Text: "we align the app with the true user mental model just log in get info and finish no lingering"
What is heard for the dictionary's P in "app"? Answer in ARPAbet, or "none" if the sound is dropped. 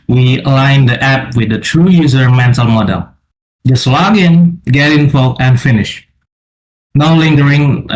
P